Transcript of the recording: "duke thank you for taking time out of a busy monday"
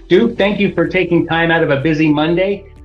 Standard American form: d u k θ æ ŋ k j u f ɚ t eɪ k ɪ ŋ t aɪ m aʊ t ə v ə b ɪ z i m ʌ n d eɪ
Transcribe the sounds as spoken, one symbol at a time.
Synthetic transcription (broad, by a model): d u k θ æ ŋ k j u f ɚ t eɪ k ɪ ŋ t aɪ m aʊ t ə v ə b ɪ z i m ʌ n d eɪ